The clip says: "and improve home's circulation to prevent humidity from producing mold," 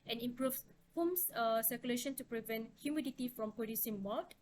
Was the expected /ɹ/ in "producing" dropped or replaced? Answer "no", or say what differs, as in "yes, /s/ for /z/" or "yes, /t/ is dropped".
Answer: yes, /ɹ/ is dropped